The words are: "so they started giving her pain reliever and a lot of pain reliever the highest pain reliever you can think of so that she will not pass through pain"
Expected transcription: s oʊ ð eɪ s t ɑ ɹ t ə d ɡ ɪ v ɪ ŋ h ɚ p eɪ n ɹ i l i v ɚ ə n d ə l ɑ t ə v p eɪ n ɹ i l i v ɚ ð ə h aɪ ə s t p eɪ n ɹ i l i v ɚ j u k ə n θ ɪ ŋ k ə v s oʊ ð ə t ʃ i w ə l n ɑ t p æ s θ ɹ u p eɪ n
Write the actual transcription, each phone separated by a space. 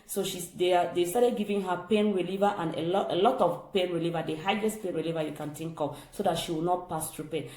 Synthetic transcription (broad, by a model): s oʊ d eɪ s t ɑ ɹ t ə d ɡ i v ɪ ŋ h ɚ p eɪ n ɹ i l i v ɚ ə n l ə l ɑ t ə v p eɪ n ɹ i l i v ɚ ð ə h aɪ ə s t p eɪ n ɹ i l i v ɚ j u k ə n t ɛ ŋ k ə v s oʊ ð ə t ʃ i w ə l n ɑ t p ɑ s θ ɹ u p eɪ n